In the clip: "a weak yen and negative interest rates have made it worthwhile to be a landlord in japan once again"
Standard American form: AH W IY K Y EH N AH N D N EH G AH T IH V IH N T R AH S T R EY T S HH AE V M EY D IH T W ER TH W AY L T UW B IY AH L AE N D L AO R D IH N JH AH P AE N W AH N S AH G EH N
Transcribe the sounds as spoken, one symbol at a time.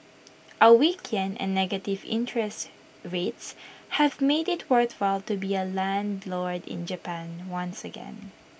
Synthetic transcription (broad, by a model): AH W IY K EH N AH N N EH G AH T IH V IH N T R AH S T R EY T S HH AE V M EY D IH T W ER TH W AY L T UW B IY AH L AE N D L AO R D IH N JH AH P AE N W AH N S AH G EH N